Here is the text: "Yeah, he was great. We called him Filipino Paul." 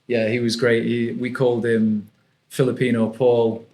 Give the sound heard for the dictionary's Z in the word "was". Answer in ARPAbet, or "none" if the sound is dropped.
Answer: Z